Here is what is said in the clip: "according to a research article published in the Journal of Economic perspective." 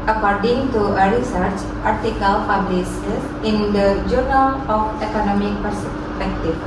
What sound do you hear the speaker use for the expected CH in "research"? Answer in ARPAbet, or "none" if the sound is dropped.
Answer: CH